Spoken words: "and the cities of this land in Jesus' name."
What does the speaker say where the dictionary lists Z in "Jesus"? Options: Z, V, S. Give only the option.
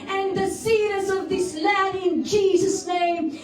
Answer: Z